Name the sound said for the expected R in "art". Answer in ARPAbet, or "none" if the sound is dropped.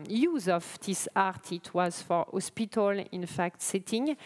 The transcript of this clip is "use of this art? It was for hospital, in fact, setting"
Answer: R